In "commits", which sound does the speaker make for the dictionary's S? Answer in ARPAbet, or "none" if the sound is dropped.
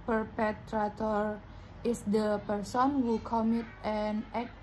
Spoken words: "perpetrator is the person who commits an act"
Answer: none